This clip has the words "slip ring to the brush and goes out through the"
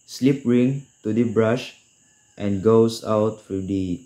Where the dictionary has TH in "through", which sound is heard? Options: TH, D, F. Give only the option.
F